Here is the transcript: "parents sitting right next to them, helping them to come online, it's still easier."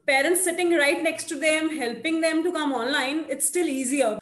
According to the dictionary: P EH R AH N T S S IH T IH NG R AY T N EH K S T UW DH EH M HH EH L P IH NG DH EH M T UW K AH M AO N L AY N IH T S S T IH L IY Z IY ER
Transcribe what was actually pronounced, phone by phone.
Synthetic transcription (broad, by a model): P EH R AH N T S S IH T IH NG R AY T N EH K S T UW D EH M HH EH L P IH NG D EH M T UW K AH M AO N L AY N IH T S S T IH L IY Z IY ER